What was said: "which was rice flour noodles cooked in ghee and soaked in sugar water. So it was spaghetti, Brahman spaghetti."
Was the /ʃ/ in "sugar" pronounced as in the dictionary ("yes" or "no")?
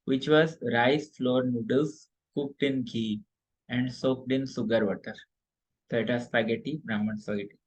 no